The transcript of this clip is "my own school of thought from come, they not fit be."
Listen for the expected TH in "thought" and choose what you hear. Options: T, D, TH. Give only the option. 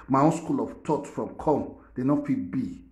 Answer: T